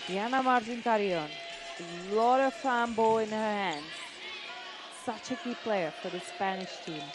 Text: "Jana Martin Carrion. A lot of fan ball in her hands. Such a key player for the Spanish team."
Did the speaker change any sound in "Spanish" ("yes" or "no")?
no